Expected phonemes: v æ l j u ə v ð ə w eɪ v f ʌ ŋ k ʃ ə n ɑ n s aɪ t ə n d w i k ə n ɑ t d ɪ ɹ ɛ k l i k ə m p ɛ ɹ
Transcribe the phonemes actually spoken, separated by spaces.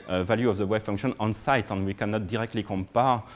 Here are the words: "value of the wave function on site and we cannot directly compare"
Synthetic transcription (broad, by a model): v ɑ l j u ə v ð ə w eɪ b f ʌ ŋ k ʃ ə n ɑ n s aɪ t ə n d w i k ə n ɑ t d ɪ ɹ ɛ k l i k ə m p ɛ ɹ